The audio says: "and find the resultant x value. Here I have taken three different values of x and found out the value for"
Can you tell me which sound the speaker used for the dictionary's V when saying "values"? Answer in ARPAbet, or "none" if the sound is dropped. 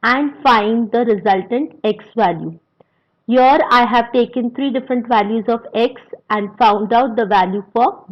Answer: V